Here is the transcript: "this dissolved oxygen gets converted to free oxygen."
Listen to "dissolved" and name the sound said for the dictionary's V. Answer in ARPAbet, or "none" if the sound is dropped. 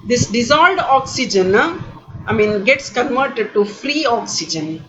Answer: none